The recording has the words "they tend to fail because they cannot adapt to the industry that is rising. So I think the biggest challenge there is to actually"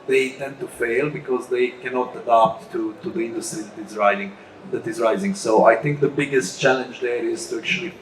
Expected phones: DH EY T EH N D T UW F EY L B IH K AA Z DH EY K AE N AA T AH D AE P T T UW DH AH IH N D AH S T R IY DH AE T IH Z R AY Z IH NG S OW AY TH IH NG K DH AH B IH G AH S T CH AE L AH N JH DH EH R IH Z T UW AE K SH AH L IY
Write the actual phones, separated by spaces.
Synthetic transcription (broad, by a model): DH EY T EH N D T UW F EY L B IH K AA Z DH EY K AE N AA T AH D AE P T T UW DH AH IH N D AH S T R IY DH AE T IH Z R AY Z IH NG S OW AY TH IH NG K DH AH B IH G AH S T CH AE L AH N JH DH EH R IH Z T UW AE K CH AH L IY